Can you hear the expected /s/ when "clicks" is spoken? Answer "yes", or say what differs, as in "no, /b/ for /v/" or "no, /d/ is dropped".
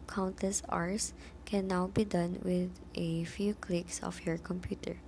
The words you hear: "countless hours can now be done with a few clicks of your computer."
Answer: yes